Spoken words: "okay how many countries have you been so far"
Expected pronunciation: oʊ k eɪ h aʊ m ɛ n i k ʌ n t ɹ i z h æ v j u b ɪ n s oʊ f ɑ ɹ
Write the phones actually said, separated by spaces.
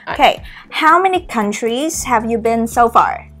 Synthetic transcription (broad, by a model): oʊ k eɪ h aʊ m ɛ n i k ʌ n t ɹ i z h æ v j u b ɪ n s oʊ f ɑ ɹ